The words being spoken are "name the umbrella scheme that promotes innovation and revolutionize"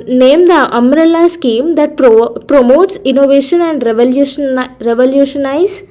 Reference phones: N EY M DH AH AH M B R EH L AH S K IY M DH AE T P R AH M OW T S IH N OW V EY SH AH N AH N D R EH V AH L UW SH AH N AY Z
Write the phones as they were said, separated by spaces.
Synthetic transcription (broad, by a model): N EY M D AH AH M R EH L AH S K IY M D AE T P R AH M OW T S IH N OW V EY SH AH N AH N D R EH V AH L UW SH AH N AY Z